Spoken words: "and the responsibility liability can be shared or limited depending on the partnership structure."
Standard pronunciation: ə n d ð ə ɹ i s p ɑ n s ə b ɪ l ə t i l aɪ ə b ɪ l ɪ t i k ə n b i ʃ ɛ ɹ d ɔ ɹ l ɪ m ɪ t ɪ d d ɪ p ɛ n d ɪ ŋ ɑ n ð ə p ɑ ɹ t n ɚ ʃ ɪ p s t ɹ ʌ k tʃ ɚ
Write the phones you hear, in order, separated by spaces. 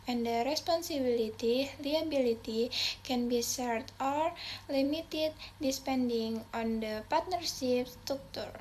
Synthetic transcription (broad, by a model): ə n d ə ɹ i s p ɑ n s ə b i l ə t i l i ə b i l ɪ t i k ə n b i s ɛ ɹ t ɔ ɹ l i m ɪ t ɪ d d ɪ p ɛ n d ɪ ŋ ɑ n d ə p ɑ ɹ t n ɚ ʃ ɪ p s t ɹ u k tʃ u